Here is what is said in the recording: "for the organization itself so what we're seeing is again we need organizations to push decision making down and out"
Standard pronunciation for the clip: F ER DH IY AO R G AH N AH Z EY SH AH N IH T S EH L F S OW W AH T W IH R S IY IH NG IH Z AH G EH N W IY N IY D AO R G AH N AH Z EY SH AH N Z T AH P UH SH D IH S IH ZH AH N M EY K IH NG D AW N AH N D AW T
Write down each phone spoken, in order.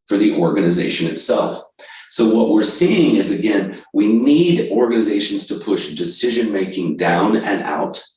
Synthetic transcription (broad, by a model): F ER DH IY AO R G AH N AH Z EY SH AH N IH T S EH L F S OW W AH T W IH R S IY IH NG IH Z AH G EH N W IY N IY D AO R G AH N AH Z EY SH N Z T AH P UH SH D IH S IH ZH AH N M EY K IH NG D AW N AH N AW T